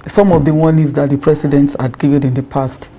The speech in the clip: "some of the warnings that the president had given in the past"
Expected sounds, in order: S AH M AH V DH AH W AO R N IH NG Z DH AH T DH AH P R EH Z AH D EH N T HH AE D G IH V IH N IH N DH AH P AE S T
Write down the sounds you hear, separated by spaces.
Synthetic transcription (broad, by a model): S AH M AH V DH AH W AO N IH Z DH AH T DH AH P R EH S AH D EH N T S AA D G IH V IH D IH N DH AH P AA S T